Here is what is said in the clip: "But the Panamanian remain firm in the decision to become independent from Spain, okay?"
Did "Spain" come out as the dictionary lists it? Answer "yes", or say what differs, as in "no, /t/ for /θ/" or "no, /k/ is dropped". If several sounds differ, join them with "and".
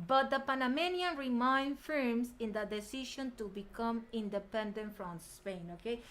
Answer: yes